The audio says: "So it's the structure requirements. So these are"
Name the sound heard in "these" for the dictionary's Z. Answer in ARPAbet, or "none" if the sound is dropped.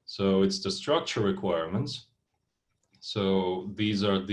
Z